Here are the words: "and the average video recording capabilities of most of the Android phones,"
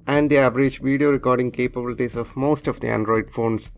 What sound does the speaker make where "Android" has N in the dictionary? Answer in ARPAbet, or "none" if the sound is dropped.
N